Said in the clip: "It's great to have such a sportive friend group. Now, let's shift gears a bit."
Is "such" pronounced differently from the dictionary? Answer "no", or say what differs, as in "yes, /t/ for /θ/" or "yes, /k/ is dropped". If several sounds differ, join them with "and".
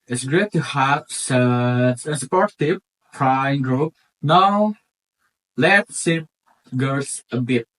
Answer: yes, /s/ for /tʃ/